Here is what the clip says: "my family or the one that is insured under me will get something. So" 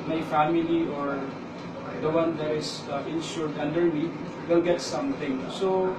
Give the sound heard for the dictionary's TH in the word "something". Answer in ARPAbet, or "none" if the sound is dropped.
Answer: T